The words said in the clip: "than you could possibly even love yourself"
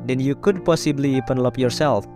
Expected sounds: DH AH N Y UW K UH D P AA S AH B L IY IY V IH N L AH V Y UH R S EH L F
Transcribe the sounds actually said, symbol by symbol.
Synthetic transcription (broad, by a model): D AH N Y UW K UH D P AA S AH B L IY IY P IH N L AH P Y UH R S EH L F